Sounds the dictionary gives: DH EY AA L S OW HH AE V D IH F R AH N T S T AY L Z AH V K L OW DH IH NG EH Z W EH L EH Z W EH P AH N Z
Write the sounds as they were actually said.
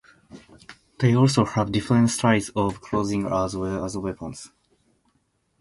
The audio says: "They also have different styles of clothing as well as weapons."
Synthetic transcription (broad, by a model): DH EY AA L S OW HH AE V D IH F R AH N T S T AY Z AH V K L OW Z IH NG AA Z W EH L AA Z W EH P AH N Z